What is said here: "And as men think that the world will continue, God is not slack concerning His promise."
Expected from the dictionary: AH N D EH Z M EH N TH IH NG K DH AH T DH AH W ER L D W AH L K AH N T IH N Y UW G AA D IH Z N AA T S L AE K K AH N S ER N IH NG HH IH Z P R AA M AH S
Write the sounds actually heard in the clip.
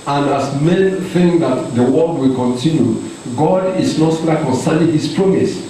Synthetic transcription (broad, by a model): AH N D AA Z M EH N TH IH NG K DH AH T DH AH W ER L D W AH L K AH N T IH N Y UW G AA D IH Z N AA T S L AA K K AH N S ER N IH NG HH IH S P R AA M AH S